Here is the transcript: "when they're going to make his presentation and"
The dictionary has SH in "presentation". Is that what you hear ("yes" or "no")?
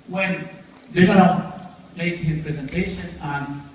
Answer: yes